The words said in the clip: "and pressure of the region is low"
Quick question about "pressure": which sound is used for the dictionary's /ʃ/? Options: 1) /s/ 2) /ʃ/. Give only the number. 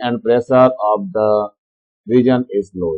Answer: 1